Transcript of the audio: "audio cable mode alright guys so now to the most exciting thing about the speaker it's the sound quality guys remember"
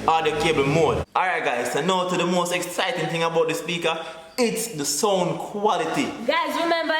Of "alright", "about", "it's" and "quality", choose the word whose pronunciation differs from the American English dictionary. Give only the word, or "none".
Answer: alright